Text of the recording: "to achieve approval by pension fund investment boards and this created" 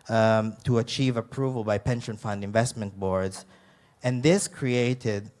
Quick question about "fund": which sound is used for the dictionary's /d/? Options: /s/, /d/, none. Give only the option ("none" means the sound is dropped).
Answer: /d/